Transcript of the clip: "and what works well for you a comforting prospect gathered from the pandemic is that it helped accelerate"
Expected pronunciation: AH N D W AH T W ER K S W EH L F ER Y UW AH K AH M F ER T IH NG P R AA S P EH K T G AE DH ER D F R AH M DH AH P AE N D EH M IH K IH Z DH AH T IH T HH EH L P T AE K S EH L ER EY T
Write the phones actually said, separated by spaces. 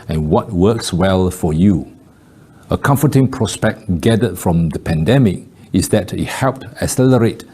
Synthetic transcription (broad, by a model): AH N W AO T W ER K S W EH L F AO Y UW AH K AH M F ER T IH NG P R AA S P EH K T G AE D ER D F R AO M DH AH P AE N D EH M IH K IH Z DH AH T IH T HH EH L P T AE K S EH L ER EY T